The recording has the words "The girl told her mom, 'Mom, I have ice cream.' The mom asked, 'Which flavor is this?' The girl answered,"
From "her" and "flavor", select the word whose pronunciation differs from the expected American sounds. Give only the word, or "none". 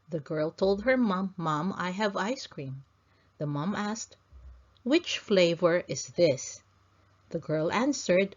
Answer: none